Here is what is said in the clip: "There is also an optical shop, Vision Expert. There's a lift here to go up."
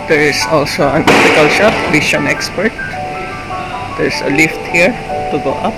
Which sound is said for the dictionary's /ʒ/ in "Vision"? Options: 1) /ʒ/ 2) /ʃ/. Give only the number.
2